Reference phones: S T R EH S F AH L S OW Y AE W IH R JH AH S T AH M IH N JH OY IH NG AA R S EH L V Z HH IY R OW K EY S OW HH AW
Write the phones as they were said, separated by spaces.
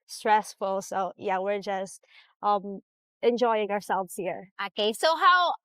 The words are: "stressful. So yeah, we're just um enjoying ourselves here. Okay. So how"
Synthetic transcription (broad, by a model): S T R EH S F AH L S OW Y AE W IH R JH AH S T AH M IH N JH OY IH NG AA R S EH L V Z HH IY R OW K EY S OW HH AW